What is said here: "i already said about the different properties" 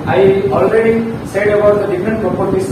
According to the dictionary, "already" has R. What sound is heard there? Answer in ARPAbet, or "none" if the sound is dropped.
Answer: R